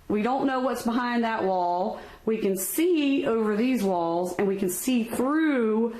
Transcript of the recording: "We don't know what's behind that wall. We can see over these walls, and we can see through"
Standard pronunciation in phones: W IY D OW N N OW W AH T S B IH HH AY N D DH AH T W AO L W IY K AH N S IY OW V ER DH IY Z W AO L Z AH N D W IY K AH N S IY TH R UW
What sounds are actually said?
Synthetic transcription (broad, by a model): W IY D OW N N OW W AH T S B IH HH AY N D DH AH T W AO L W IY K AH N S IY OW V ER DH IY Z W AO L Z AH N W IY K AH N S IY TH R UW